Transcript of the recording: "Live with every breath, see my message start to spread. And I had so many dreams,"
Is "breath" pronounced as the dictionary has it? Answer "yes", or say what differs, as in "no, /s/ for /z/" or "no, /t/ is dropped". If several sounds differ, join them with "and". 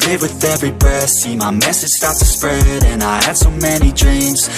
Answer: no, /ɹ/ is dropped